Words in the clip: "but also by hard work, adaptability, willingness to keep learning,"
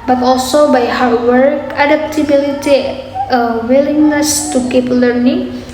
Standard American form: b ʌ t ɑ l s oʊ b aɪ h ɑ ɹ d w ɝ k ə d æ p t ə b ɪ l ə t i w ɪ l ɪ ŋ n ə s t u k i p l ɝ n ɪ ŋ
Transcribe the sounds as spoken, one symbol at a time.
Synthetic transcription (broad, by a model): b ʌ t ɑ l s oʊ b aɪ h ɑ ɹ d w ɝ k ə d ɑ p t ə b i l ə t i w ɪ l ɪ ŋ n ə s t u k i p l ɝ n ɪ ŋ